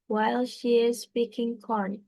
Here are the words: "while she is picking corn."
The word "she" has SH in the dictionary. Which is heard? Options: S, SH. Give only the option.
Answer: SH